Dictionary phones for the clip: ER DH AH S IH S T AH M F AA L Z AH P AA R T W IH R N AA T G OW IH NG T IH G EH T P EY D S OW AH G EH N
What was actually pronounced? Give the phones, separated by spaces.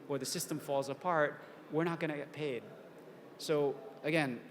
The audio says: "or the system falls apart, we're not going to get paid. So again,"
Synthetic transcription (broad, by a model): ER DH AH S IH S T AH M F AA L Z AH P AA R T W IH R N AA T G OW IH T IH G EH T P EY D S OW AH G EH N